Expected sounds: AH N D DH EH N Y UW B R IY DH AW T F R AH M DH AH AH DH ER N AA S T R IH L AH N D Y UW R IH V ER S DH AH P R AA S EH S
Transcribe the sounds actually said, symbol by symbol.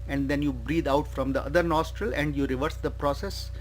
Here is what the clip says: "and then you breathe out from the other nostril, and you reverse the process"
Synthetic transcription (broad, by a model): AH N D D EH N Y UW B R IY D AW T F R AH M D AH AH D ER N AA S T R IH L AH N D Y UW R IH V ER S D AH P R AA S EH S